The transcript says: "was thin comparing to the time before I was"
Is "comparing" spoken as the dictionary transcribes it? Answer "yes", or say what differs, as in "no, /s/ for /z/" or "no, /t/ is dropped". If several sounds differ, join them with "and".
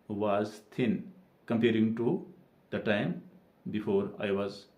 yes